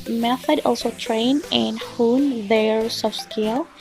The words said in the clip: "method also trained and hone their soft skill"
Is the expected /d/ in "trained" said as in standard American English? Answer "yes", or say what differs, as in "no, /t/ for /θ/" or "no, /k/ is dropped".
no, /d/ is dropped